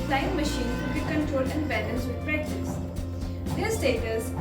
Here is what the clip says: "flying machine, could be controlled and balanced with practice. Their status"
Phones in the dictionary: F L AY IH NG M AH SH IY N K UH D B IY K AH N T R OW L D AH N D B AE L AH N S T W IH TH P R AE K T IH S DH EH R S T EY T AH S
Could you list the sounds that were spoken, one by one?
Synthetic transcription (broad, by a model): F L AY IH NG M AH SH IY N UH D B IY K AH N T R OW L D AH N D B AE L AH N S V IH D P R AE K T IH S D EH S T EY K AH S